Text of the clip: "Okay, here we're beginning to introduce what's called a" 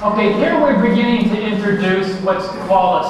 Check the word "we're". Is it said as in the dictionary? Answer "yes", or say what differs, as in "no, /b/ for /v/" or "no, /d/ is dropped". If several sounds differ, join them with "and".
yes